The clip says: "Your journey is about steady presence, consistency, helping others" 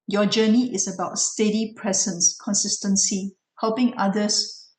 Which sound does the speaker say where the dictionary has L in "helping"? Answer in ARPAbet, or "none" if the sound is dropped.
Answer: L